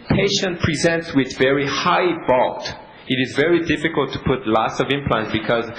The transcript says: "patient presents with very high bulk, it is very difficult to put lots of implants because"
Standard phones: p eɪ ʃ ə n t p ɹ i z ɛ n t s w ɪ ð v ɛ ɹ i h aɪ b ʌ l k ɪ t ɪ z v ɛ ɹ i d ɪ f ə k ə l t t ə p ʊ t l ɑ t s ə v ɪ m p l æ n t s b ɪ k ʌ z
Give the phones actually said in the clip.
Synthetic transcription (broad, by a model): p eɪ ʃ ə n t p ɹ i z ɛ n t s w ɪ ð v ɛ ɹ i h aɪ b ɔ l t ɪ t ɪ z v ɛ ɹ i d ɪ f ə k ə l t t ə p ʊ t l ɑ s ə v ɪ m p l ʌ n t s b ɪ k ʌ z